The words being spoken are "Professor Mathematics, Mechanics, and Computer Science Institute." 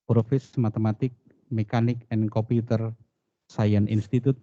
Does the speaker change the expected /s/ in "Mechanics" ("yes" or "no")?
yes